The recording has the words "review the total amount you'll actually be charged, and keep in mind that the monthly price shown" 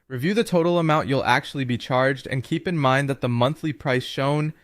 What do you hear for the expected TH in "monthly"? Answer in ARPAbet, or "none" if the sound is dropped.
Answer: TH